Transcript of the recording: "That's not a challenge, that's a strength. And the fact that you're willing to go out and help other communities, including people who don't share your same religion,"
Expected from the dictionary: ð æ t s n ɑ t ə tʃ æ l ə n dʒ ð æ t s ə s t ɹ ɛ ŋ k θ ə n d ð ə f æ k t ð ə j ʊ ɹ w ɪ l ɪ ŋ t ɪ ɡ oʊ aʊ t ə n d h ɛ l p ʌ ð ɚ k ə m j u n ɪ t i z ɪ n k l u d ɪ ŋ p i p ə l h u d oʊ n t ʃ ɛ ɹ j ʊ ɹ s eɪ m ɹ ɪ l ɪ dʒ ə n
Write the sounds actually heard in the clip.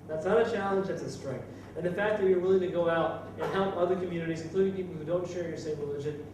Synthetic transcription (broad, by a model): ð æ t s n ɑ t ə tʃ æ l ə n dʒ ð æ t s ə s t ɹ ɛ ŋ k θ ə n ð ə f æ k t ð ə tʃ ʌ ɹ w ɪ l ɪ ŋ t ɪ ɡ oʊ aʊ t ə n h ɛ l p ʌ ð ɚ k ə m j u n ɪ t i z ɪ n k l u d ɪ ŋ p i p l h u d oʊ n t ʃ ɛ ɹ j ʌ ɹ s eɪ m ɹ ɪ l ɪ dʒ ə n